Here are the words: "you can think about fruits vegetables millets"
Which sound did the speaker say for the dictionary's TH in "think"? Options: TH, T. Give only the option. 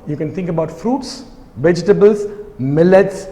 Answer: T